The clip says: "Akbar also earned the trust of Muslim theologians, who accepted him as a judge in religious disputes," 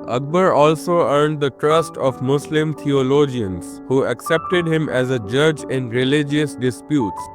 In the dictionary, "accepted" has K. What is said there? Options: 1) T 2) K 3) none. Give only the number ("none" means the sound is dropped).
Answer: 2